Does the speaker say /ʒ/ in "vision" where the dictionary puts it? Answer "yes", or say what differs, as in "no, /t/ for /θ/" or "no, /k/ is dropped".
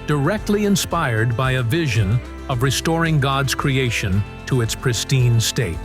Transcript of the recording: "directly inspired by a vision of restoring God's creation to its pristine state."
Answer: yes